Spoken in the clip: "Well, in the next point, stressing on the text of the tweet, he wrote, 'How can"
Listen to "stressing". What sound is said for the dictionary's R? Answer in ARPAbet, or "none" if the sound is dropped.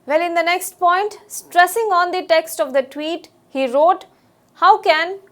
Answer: R